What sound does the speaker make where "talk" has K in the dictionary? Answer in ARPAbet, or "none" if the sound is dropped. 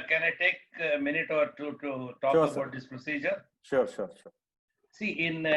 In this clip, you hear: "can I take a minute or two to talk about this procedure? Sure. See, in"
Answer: none